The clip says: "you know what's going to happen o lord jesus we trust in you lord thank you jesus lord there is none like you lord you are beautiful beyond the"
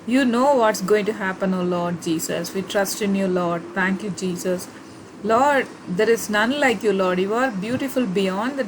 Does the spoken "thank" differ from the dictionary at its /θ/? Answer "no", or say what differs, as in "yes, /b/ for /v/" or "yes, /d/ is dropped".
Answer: yes, /t/ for /θ/